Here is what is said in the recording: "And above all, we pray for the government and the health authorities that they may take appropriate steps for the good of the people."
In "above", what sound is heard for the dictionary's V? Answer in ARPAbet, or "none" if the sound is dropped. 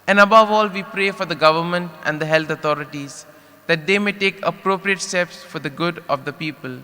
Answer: V